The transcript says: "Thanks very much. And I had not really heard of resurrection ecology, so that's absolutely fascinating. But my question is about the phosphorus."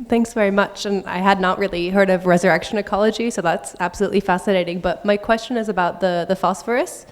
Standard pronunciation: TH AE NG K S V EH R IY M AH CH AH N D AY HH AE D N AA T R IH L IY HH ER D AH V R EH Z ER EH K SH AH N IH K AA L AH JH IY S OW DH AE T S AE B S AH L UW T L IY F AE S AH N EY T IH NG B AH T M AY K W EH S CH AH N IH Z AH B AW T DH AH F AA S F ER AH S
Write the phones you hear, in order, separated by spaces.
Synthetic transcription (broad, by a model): TH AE NG K S V EH R IY M AH CH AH N AY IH D N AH T R IH L IY HH ER D AH V R EH Z ER EH K SH AH N IH K AA L AH JH IY S OW DH AE T S AE B S AH L UW T L IY F AE S AH N EY T IH NG B AH T M AY K W EH S CH AH N IH Z AH B AW T DH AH F AA S F ER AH S